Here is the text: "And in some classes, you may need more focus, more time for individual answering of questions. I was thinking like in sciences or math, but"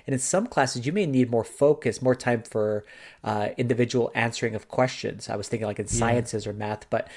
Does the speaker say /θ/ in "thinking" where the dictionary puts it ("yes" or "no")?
yes